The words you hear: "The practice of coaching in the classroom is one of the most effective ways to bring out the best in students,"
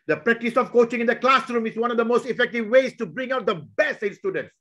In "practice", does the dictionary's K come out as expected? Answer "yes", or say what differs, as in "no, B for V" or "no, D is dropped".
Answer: yes